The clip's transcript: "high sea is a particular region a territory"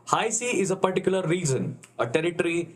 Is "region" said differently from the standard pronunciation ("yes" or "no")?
yes